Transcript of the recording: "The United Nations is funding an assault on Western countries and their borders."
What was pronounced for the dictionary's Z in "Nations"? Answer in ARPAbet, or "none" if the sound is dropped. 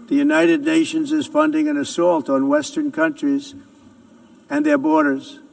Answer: Z